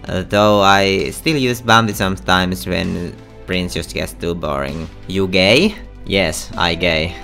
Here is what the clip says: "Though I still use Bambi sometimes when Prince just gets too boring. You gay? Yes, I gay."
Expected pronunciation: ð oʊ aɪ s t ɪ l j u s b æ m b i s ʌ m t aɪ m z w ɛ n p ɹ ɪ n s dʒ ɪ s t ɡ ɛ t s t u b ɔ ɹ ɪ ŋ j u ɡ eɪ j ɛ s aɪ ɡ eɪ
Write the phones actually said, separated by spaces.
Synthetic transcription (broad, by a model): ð oʊ aɪ s t ɪ l j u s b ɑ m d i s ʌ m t aɪ m s w ɛ n p ɹ ɪ n s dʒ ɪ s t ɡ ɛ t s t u b ɔ ɹ ɪ ŋ j u ɡ eɪ j ɛ s aɪ ɡ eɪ